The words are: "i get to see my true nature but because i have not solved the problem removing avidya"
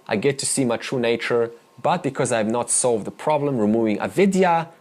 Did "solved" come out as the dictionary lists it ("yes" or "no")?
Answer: yes